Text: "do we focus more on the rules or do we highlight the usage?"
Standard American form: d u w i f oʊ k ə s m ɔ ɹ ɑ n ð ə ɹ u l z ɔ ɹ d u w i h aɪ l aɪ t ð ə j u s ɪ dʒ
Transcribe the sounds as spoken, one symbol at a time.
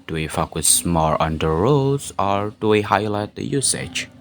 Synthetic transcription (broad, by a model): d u w i f oʊ k ə s m ɔ ɹ ɑ n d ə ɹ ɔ z ɔ ɹ d u w i h aɪ l aɪ t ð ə j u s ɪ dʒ